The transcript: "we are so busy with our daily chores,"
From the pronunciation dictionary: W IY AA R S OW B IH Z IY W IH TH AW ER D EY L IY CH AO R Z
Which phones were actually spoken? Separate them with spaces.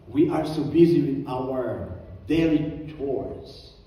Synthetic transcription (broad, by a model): W IY AA R S OW B IH Z IY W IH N AW ER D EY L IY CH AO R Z